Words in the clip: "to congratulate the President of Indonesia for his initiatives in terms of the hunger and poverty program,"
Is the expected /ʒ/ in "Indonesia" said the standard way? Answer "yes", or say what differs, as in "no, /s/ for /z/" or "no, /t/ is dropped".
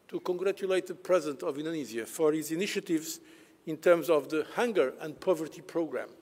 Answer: no, /z/ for /ʒ/